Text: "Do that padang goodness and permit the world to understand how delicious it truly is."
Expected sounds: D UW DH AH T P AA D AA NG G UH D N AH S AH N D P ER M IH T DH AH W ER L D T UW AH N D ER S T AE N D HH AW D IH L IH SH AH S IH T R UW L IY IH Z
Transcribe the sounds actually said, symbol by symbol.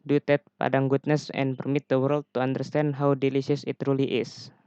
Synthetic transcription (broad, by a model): D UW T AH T P AA D AA NG G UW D N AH S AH N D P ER M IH T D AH W ER L D T UW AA N D ER S T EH N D HH AW D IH L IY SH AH S IH T R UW L IY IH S